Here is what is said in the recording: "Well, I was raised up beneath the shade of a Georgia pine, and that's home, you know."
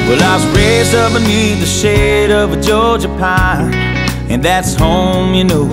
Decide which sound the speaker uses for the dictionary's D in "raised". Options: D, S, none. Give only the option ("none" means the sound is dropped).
none